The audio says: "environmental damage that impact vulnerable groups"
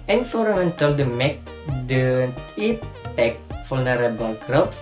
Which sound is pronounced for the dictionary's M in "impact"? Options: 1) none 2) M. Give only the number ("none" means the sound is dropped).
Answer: 1